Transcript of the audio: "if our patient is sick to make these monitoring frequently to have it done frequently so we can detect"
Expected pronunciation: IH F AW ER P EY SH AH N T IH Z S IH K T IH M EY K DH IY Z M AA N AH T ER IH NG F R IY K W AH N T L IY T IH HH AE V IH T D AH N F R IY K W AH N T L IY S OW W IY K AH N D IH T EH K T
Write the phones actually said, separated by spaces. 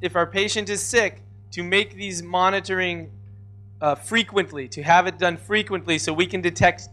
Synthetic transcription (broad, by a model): IH F AW ER P EY SH AH N T IH Z S IH K T IH M EY K DH IY Z M AA N AH T ER IH NG F R IY K W AH N T L IY T IH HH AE V IH T D AH N F R IY K W AH N T L IY S OW W IY K AH N D IH T EH K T